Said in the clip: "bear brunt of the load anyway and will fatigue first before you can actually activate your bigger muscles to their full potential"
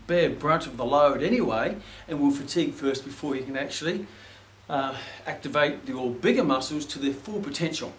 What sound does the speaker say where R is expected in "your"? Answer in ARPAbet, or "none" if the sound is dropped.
L